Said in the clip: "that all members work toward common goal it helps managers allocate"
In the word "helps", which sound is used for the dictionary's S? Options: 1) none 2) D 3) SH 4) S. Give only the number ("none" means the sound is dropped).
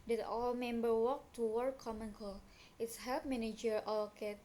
1